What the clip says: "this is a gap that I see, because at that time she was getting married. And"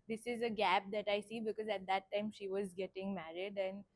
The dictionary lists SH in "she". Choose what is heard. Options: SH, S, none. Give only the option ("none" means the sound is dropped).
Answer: SH